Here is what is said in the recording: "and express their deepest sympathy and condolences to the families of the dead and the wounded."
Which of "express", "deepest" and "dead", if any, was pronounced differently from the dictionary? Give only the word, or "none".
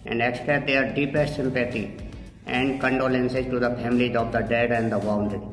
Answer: express